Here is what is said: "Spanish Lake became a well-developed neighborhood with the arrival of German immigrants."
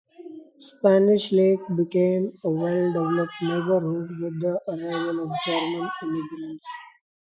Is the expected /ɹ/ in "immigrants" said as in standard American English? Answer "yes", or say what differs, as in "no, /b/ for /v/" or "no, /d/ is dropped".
no, /l/ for /ɹ/